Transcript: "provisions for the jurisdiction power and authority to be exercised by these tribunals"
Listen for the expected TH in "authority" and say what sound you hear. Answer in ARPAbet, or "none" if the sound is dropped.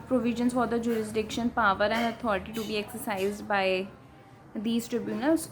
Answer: T